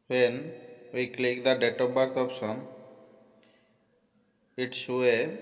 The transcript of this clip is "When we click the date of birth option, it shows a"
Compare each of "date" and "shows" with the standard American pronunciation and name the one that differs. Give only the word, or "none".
shows